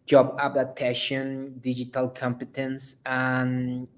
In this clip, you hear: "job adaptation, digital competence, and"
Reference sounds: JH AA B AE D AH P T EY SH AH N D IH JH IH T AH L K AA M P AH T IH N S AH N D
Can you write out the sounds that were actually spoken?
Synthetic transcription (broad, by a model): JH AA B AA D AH T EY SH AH N D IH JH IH T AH L K AA M P AH T IH N S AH N